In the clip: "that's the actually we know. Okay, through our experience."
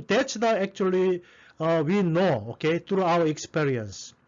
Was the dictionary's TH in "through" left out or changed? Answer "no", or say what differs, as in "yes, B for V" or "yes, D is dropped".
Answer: yes, T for TH